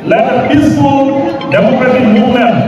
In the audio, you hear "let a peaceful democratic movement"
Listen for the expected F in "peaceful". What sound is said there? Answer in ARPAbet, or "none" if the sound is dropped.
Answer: none